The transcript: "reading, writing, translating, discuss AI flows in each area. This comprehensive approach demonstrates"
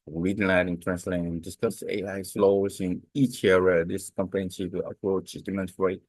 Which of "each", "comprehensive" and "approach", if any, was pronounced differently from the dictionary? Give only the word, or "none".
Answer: comprehensive